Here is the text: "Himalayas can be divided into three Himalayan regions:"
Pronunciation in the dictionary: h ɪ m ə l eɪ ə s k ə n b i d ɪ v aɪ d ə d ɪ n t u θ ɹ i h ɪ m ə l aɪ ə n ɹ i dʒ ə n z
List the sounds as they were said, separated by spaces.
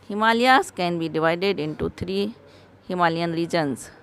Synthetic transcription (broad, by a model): h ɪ m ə l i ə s k ə n b i d ɪ v aɪ d ə d ɪ n t u t ɹ i h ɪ m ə l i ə n ɹ i dʒ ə n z